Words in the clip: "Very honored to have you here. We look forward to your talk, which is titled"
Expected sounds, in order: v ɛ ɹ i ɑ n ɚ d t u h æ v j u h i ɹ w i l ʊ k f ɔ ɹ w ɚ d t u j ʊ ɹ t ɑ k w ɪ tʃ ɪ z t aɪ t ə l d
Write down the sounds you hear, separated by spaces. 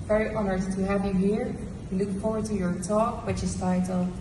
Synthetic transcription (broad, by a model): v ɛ ɹ i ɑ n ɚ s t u h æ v j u h i ɹ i l ʊ k f ɔ ɹ w ɚ d t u j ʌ ɹ t ɑ k w ɪ tʃ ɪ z t aɪ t l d